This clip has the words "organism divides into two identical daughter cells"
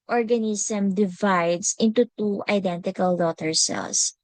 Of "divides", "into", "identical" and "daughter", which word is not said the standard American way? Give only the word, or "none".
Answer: divides